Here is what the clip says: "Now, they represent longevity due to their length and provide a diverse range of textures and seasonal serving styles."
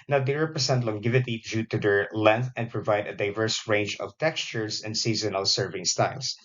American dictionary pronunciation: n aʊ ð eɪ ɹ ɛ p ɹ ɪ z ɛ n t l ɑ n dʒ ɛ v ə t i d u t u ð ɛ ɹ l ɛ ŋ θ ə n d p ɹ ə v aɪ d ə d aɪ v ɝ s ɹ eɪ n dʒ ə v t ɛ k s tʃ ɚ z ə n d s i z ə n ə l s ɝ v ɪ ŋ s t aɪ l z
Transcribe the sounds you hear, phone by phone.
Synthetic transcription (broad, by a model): n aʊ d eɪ ɹ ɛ p ɹ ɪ s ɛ n t l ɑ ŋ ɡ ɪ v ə t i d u t u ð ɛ ɹ l ɛ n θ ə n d p ɹ ə v aɪ d ə d aɪ v ɝ s ɹ eɪ n dʒ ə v t ɛ k s tʃ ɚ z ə n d s i z ə n ə l s ɝ v ɪ ŋ s t aɪ l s